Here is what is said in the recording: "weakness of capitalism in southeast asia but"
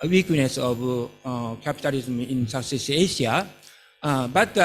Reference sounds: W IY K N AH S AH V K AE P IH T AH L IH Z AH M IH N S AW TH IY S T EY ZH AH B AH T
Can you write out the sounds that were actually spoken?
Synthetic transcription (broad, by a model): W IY K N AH S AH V K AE P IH T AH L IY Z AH M IH N S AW S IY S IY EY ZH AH B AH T